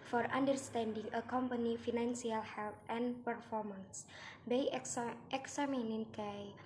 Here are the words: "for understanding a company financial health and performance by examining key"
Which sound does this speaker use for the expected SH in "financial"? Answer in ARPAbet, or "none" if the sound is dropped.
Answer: S